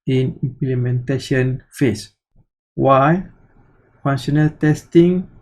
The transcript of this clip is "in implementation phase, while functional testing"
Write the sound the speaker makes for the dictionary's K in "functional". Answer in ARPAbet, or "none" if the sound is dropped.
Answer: none